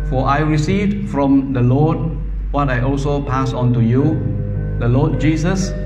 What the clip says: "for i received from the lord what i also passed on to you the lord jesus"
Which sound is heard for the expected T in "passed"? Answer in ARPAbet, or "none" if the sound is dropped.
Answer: none